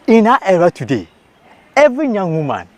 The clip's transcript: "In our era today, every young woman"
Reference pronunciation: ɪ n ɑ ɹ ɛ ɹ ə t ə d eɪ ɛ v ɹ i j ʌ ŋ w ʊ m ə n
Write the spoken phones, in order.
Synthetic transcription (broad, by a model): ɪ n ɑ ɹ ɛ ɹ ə t ə d eɪ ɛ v i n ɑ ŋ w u m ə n